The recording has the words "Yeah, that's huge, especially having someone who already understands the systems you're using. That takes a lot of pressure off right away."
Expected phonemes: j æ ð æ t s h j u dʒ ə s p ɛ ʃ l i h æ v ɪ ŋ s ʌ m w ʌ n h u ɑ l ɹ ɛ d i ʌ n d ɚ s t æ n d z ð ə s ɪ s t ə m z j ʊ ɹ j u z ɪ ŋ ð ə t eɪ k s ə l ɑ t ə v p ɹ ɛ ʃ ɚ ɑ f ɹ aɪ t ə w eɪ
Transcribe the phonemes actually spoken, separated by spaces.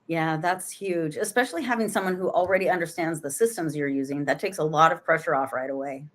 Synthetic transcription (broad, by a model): j æ ð æ t s h j u dʒ ə s p ɛ ʃ l i h æ v ɪ ŋ s ʌ m w ʌ n h u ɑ l ɹ ɛ d i ʌ n d ɚ s t æ n d z ð ə s ɪ s t ə m z j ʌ ɹ j u z ɪ ŋ ð ə t eɪ k s ə l ɑ t ə v p ɹ ɛ ʃ ɚ ɑ f ɹ aɪ t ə w eɪ